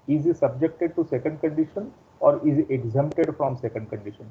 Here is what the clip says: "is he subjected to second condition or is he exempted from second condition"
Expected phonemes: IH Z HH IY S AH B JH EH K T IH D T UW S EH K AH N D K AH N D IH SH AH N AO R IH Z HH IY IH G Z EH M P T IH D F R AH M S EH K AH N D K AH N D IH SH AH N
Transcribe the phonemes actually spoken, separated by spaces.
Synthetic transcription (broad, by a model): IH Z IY S AH B JH EH K T IH D T UW S EH K AH N D K AH N D IH SH AH N AO R IH Z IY IH G Z EH M P T IH D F R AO M S EH K AH N D K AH N D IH SH AH N